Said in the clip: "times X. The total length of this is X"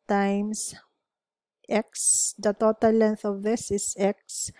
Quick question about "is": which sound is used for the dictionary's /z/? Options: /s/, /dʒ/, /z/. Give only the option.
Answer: /s/